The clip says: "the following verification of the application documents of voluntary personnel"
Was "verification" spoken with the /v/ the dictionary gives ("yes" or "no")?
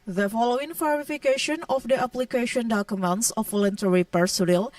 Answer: no